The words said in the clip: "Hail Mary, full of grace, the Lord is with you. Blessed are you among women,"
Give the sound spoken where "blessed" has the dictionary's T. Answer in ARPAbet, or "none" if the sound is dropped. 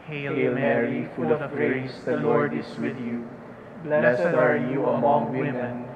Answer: none